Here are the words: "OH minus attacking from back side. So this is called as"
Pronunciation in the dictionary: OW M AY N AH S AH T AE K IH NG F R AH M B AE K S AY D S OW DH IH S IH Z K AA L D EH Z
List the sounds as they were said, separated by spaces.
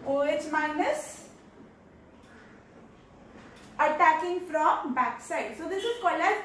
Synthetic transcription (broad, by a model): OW M AY N AH S AH T AE K IH NG F R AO M B AE K S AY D S OW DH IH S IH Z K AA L EH